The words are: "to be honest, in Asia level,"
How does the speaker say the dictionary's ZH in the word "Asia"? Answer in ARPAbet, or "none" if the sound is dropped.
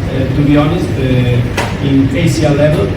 S